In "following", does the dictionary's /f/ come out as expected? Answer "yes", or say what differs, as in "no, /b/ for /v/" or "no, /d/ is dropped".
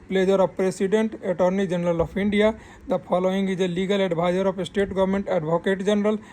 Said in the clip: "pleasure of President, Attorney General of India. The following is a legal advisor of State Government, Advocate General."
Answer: no, /p/ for /f/